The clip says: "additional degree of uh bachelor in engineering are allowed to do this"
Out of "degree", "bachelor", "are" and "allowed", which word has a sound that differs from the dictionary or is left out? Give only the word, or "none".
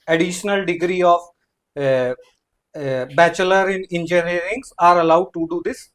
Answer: none